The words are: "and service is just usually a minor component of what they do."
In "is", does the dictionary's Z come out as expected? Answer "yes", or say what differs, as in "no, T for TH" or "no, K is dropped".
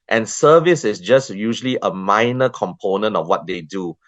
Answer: no, S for Z